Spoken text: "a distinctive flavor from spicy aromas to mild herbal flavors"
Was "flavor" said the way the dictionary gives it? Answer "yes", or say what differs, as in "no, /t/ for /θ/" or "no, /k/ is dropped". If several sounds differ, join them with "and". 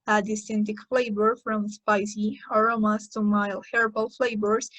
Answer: no, /b/ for /v/